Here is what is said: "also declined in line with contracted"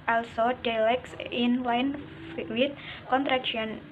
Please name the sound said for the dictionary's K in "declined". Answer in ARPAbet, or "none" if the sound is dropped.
none